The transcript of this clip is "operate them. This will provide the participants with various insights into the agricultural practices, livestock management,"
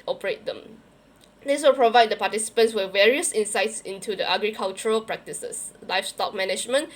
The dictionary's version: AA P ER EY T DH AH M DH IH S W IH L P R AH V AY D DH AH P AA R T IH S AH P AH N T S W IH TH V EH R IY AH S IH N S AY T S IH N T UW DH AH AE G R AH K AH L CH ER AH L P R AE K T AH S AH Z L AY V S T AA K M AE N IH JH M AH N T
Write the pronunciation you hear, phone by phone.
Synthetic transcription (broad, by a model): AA P ER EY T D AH M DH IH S W IH L P R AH V AY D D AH P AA T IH S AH P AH N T S W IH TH V EH R IY AH S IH N S AY T S IH N T UW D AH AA G R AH K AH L CH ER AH L P R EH K T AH S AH S L AY F S T AA K M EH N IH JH M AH N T